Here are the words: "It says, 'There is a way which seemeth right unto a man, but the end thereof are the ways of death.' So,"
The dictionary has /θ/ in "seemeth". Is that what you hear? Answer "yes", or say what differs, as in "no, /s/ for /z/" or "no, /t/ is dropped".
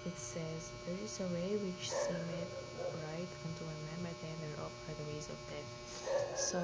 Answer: no, /t/ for /θ/